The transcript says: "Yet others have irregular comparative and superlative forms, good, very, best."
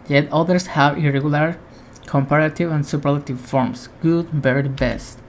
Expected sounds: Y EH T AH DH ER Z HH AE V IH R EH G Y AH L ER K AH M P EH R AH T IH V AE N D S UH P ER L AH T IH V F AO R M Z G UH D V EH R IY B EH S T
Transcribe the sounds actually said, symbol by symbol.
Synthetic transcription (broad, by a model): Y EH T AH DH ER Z HH AE V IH R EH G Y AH L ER K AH M P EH R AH T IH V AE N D S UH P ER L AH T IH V F AO R M S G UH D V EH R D B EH S T